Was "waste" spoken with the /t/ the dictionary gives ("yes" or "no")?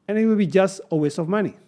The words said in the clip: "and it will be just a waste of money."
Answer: no